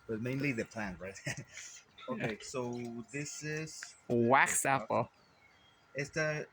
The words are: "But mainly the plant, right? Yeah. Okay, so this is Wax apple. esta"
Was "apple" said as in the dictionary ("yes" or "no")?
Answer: no